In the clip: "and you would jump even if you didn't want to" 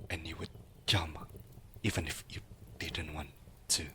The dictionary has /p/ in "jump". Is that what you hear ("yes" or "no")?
no